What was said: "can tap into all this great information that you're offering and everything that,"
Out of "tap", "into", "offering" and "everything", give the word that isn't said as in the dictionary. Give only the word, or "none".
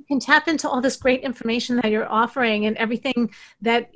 none